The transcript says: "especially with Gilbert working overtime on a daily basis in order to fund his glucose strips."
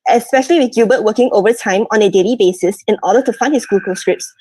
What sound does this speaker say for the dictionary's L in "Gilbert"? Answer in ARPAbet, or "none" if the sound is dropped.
none